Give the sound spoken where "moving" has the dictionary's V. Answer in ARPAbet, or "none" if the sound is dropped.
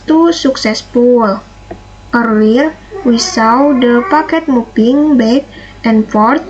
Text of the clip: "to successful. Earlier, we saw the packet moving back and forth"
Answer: P